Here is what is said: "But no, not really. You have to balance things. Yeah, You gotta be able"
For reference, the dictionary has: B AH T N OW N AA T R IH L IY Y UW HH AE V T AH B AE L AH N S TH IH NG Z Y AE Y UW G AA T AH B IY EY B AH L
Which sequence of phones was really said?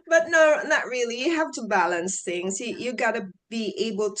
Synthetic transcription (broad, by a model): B AH T N OW N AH T R IH L IY Y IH HH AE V T AH B AE L AH N S TH IH NG Z Y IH Y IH G AA T AH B IY EY B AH L